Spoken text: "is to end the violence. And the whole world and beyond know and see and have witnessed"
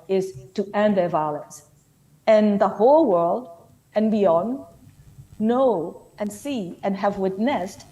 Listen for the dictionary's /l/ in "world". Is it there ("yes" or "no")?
yes